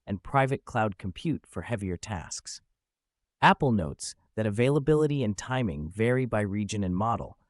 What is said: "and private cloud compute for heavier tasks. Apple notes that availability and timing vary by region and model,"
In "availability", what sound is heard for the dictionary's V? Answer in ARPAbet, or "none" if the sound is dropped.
V